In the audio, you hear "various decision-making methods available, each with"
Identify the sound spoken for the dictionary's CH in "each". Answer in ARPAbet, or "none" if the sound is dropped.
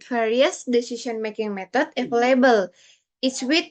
S